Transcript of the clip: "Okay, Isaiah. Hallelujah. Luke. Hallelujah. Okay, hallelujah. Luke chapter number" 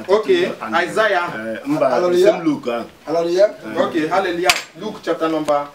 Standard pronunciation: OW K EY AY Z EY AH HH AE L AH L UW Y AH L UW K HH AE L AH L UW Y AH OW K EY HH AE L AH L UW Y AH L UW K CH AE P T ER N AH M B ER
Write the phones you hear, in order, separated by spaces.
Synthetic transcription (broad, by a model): OW K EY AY Z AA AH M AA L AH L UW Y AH L UW K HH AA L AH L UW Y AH OW K EY HH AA L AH L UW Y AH L UW K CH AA T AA N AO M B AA